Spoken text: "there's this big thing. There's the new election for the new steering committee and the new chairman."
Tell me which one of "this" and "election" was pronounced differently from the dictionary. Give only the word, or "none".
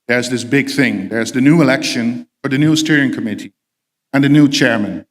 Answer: none